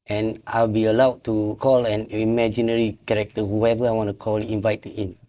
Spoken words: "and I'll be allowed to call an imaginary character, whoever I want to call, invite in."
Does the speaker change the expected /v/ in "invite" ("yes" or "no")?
no